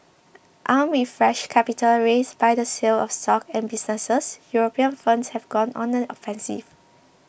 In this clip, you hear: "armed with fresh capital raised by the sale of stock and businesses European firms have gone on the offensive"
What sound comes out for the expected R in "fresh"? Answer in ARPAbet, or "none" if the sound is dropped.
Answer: R